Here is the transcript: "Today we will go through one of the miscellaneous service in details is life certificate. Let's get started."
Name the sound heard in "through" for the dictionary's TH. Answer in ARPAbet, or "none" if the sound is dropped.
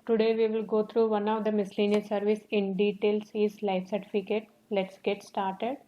T